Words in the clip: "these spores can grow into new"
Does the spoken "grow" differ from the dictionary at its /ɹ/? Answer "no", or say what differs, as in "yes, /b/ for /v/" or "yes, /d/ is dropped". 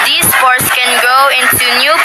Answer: yes, /ɹ/ is dropped